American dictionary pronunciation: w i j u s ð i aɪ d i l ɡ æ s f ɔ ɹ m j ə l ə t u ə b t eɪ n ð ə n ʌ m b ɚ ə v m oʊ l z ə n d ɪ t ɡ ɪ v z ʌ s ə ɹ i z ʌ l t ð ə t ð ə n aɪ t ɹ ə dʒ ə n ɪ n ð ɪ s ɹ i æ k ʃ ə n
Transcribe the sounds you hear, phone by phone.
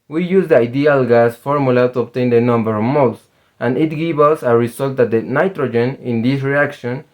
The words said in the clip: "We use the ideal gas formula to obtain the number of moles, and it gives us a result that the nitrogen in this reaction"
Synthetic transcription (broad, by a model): w i j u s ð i aɪ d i l ɡ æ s f ɔ ɹ m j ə l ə t u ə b t eɪ n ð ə n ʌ m b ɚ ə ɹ m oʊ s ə n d ɪ t ɡ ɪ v ʌ s ə ɹ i s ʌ l t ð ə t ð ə n aɪ t ɹ ə dʒ ə n ɪ n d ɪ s ɹ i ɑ k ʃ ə n